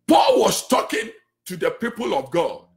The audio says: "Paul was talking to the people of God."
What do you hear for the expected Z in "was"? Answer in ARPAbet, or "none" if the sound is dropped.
S